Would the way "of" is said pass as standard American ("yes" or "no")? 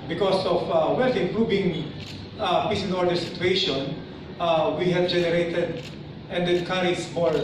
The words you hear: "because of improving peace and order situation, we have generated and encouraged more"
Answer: no